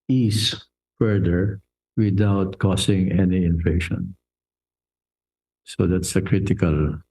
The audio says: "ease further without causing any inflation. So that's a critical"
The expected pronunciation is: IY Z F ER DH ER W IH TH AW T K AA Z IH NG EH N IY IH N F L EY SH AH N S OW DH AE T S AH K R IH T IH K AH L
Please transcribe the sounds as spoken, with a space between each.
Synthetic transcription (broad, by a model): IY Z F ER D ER W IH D AW T K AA S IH NG EH N IY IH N F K SH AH N S OW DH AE T S AH K R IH T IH K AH L